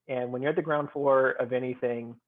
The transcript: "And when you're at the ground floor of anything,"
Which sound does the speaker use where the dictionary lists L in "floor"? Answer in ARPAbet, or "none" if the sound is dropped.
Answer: none